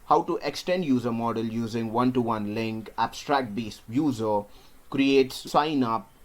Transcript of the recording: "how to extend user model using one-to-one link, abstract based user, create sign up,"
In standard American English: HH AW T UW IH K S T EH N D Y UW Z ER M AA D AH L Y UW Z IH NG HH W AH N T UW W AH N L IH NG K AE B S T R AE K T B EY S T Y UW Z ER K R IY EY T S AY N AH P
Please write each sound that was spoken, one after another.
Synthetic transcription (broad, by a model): HH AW T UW IH K S T EH N D Y UW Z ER M AA D AH L Y UW Z IH NG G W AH N T UW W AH N L IH NG K AE B S T R AE K T B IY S Y UW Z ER K R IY EY T S AY N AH P